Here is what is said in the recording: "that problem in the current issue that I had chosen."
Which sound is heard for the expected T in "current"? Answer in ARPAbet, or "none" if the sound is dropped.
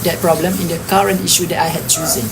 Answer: T